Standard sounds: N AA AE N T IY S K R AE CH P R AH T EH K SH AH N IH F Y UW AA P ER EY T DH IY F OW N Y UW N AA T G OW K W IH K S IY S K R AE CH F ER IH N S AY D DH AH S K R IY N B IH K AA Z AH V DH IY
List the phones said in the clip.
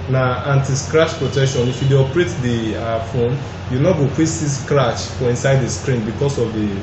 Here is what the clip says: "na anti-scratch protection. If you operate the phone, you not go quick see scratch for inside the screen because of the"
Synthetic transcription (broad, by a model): N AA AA N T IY S K R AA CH P R AH T EH K SH AH N IH F Y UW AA P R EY T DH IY F OW N Y UW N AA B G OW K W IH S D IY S K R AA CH F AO IH N S AY D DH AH S K R IY N B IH K AA S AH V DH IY